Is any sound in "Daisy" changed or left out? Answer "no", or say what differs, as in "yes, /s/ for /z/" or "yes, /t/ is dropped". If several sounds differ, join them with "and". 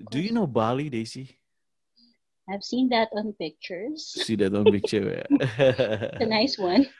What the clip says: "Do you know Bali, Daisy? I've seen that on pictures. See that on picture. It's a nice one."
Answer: yes, /s/ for /z/